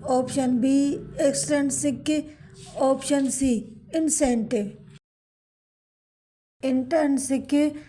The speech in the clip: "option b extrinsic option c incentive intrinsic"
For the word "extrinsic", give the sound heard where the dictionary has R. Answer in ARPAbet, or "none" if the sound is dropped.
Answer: none